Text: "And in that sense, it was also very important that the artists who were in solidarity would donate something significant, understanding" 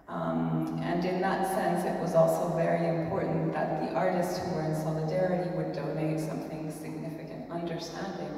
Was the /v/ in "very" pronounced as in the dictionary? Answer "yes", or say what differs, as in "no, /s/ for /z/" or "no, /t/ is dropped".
yes